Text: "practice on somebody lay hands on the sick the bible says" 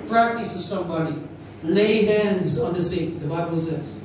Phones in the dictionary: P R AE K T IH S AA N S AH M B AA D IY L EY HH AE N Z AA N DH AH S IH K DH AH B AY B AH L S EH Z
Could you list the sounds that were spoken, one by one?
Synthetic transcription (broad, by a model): P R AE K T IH S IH S AH M B AA D IY L EY HH AE N Z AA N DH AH S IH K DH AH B AY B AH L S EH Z